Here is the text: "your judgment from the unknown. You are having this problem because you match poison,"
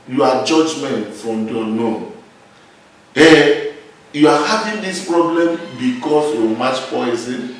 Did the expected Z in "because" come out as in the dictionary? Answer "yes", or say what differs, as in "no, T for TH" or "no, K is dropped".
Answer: no, S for Z